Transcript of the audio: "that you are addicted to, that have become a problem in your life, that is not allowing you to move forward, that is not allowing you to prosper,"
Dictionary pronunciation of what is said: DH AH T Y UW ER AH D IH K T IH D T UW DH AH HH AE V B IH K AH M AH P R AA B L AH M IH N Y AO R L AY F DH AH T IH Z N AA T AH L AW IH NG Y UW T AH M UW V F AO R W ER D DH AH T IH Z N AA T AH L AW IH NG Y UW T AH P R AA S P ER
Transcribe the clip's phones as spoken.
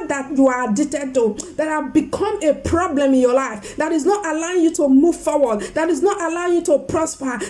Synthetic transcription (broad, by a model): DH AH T Y UW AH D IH T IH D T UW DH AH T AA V B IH K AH M AH P R AA B L AH M IH N Y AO L AY F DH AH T IH Z N AA T AH L AW IH NG Y UW T AH M UW V F AO W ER D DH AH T IH Z N AA T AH L AW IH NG Y UW T AH P R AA S P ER